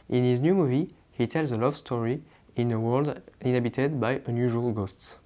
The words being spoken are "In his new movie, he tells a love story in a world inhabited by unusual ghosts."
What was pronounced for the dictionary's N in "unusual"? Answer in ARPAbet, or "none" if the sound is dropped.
N